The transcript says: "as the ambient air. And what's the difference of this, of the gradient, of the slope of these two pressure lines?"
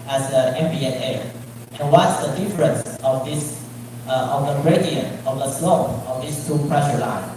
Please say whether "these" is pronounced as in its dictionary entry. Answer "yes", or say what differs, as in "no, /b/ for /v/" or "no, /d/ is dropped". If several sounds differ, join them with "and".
no, /s/ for /z/